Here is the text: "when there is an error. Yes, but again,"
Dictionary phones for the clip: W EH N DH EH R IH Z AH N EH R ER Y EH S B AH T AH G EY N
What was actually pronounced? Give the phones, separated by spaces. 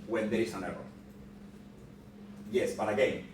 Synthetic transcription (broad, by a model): W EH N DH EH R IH S AH N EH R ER Y EH S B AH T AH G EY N